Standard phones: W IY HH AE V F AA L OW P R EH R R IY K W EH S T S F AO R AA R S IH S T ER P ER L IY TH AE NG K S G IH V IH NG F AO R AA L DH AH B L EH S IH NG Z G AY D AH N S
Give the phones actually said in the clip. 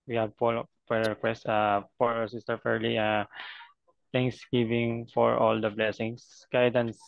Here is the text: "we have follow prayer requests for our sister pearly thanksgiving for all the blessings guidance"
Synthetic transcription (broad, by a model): W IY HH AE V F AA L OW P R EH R R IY K W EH S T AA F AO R AA R S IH S T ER F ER L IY T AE NG K S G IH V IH NG F AO R AA L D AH B L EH S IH NG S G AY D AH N S